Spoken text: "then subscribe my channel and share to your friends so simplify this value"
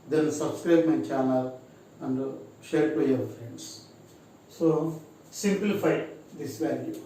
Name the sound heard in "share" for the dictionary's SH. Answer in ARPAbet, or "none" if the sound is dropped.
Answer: SH